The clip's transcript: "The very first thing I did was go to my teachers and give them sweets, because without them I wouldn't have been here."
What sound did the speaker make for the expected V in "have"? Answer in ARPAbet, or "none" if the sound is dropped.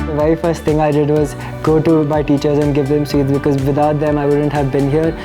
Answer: V